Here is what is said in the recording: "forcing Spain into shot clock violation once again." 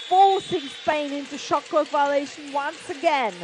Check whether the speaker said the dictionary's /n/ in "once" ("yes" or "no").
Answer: yes